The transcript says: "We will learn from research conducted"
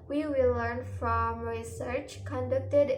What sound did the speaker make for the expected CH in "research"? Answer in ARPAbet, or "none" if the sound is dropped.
CH